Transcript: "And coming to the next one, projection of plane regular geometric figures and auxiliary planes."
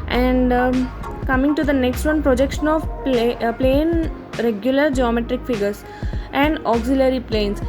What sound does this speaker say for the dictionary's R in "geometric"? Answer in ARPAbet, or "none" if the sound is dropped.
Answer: R